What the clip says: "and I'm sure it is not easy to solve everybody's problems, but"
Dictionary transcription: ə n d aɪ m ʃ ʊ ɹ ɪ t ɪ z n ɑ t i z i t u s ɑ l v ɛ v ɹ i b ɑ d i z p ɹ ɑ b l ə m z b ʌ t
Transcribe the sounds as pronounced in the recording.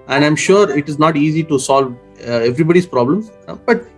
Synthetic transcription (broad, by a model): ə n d aɪ m ʃ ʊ ɹ ɪ t ɪ z n ɑ t i z i t u s ɑ l v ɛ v ɹ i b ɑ d i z p ɹ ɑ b l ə m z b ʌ t